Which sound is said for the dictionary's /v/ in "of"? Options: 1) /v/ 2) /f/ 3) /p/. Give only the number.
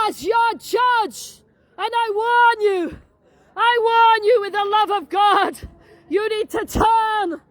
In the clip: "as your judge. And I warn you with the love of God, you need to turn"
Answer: 1